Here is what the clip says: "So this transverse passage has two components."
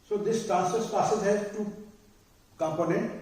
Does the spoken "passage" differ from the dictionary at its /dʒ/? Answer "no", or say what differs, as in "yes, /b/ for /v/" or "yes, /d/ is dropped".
yes, /z/ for /dʒ/